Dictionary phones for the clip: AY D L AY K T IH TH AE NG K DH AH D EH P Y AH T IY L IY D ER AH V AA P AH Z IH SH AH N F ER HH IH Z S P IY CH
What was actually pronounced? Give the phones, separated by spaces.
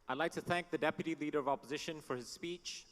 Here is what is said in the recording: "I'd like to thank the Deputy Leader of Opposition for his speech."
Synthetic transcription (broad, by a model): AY D L AY K T IH TH AE NG K DH AH D EH P Y AH T IY L IY D ER AH V AA P AH Z IH SH AH N F ER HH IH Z S P IY CH